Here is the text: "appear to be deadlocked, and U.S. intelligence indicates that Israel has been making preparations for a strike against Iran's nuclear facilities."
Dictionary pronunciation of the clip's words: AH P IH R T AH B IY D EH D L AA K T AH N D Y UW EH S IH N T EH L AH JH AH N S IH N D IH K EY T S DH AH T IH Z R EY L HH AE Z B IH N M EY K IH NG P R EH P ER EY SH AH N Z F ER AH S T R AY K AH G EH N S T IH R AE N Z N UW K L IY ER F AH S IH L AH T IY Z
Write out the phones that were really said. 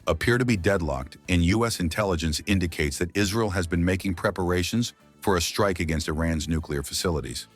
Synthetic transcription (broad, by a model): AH P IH R T AH B IY D EH D L AA K T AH N Y UW EH S IH N T EH L AH JH AH N S IH N D IH K EY T S DH AH T IH Z R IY L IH Z B IH N M EY K IH NG P R EH P ER EY SH AH N Z F ER AH S T R AY K AH G EH N S T IH R AE N Z N UW K L IY ER F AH S IH L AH T IY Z